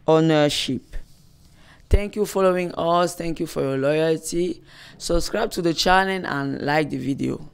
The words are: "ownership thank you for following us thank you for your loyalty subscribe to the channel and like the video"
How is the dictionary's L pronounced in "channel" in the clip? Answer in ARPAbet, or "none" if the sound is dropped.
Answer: N